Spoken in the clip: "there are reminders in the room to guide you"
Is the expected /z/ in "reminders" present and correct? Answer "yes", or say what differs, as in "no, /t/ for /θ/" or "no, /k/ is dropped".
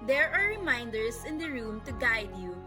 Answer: no, /s/ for /z/